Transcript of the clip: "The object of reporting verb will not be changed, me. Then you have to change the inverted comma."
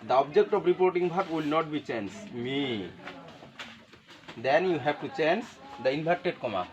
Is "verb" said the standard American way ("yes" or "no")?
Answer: no